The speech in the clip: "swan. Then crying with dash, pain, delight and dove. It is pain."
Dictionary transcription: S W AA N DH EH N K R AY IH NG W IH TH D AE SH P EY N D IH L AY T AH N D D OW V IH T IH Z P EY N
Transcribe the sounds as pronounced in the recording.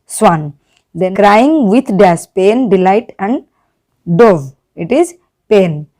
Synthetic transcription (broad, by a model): S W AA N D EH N K R AY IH NG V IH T D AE S P EY N D IH L AY T AH N D D OW V IH T IH Z P EY N